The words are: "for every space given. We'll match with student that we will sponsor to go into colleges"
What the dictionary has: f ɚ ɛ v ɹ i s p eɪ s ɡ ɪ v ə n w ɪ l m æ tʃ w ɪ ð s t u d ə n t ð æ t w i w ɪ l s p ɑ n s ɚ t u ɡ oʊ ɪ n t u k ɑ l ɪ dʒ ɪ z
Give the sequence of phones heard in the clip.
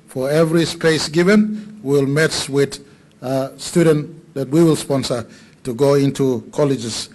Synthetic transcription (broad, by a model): f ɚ ɛ v ɹ i s p eɪ s ɡ ɪ v ə n w ɪ l m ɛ s w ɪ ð s t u d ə n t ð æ t w i w ɪ l s p ɑ n s ɚ t u ɡ oʊ ɪ n t u k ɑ l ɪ dʒ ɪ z